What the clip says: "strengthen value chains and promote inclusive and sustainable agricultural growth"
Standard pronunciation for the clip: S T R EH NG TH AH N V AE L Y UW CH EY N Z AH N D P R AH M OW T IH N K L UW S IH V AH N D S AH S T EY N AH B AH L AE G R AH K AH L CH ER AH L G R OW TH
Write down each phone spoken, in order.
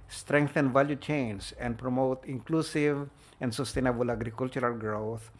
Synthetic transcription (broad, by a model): S T R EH NG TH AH N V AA L Y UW CH EY N S AH N D P R AH M OW T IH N K L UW S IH V AH N D S AH S T EY N AH B AH L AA G R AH K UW L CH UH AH L G R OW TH